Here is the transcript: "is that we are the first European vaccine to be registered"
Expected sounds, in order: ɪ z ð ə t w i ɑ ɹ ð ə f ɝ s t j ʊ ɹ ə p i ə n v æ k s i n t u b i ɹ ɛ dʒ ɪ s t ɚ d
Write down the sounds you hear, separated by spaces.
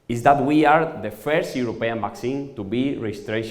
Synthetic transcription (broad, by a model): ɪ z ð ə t w i ɑ ɹ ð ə f ɝ s t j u ɹ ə p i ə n b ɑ k s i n t u b i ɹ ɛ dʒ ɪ s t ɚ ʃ